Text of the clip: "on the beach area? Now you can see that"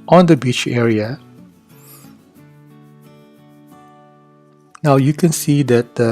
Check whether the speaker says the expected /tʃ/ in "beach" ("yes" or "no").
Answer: yes